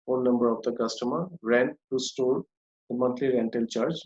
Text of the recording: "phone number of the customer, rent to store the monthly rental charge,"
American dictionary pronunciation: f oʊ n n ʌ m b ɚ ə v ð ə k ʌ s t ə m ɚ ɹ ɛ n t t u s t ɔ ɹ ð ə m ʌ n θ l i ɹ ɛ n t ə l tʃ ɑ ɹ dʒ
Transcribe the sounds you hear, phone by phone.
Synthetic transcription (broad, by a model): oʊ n n ʌ m b ɚ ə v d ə k ʌ s t ə m ɚ ɹ ɛ n t t u s t ɔ ɹ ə m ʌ n t l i ɹ ɛ n t ə l tʃ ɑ ɹ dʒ